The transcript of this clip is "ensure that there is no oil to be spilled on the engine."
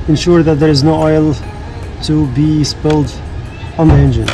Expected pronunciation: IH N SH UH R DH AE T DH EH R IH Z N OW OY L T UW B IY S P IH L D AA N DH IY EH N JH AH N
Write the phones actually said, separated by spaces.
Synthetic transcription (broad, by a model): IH N SH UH R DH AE T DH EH R IH Z N OW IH L T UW B IY S P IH L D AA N DH IY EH N JH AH N